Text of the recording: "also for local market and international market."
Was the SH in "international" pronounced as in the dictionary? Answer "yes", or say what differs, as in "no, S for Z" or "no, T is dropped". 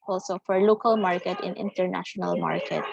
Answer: yes